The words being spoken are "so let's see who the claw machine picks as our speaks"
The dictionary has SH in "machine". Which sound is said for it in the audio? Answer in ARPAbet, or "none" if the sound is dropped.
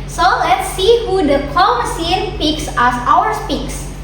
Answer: S